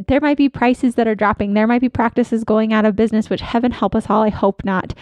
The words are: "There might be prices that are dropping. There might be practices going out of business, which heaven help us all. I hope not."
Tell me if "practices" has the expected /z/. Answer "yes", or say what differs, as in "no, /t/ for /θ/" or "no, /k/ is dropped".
yes